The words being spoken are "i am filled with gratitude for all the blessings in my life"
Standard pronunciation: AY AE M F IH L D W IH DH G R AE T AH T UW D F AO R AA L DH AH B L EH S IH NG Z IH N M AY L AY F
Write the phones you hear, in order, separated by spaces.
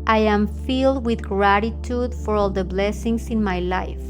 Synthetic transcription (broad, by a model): AY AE M F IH L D W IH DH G R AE T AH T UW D F AO R AA L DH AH B L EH S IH NG S IH N M AY L AY F